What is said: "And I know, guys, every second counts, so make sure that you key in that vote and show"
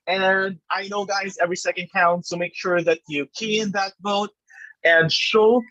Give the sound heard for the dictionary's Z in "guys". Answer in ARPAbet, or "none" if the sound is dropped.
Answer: Z